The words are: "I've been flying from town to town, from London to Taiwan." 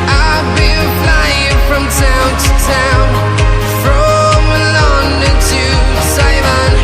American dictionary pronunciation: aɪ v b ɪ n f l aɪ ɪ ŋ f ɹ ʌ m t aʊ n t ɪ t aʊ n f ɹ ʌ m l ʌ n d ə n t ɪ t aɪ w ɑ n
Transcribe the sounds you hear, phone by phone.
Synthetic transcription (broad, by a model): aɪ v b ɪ l f l aɪ ɪ ŋ f ɹ ʌ m t aʊ n t ɪ t aʊ n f ɹ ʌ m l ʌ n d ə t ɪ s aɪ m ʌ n